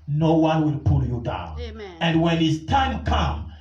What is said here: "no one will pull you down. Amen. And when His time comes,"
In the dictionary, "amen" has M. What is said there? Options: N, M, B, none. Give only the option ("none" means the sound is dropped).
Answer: none